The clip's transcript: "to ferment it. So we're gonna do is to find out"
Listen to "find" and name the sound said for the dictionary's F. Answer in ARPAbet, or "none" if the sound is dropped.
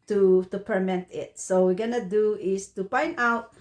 P